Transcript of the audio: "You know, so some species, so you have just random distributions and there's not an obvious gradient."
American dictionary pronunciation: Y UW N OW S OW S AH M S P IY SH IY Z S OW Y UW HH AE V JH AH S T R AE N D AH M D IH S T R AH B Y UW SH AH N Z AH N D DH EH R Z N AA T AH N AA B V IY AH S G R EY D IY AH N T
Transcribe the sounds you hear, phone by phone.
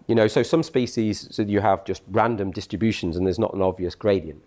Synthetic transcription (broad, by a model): Y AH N OW S OW S AH M S P IY SH IY Z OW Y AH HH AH V JH AH S T R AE N D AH M D IH S T R AH B Y UW SH AH N Z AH N DH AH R Z N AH T AH N AA B V IY AH S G R EY D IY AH N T